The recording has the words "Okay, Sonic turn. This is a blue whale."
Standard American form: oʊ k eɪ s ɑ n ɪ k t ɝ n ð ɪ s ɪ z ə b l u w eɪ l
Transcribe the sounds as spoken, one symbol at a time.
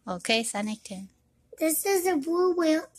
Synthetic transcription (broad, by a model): oʊ k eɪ s ɑ n ɪ k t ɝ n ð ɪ s ɪ z ə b u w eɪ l